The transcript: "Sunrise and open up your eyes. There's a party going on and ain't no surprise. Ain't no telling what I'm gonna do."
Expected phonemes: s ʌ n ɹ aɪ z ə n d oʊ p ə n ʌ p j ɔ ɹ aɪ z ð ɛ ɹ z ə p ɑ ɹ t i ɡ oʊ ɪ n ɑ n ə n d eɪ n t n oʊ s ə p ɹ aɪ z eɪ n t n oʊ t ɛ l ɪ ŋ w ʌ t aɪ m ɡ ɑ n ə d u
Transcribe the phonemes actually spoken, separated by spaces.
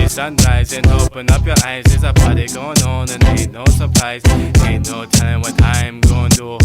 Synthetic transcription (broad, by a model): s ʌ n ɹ aɪ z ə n oʊ p ə n ʌ p j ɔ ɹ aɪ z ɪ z ə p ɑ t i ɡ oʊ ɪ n ɑ n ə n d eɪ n n oʊ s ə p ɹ aɪ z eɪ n n oʊ t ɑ ɪ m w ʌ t aɪ m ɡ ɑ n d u